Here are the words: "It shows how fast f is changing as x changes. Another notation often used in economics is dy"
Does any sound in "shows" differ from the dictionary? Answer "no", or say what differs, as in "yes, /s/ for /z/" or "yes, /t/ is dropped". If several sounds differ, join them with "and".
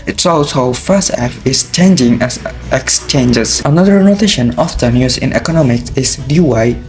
yes, /s/ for /ʃ/